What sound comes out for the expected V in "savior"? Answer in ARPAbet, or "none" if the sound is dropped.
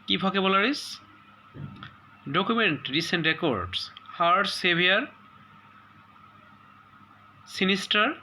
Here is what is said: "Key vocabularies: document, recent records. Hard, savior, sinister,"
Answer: B